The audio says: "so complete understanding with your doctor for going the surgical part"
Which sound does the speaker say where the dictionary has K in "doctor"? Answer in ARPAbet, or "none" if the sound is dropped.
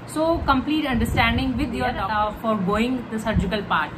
none